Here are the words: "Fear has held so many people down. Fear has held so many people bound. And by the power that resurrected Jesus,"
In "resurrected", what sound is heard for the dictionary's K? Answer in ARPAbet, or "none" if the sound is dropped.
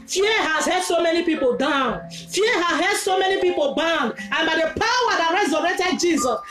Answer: none